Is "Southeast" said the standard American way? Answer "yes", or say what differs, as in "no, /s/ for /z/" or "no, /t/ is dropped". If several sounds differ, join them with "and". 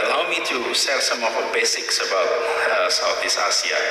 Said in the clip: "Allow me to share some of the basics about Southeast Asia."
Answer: no, /t/ is dropped